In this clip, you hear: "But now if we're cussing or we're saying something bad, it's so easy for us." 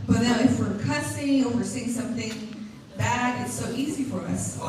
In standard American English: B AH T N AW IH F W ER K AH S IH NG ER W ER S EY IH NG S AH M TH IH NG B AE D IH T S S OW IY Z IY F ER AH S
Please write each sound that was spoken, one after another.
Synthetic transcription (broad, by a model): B AH T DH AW IH F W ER K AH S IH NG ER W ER S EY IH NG S AH M TH IH NG B AE D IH T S S OW IY Z IY F ER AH S